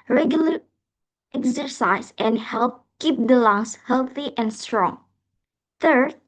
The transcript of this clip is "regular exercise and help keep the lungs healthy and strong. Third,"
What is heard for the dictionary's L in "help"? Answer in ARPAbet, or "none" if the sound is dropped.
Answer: L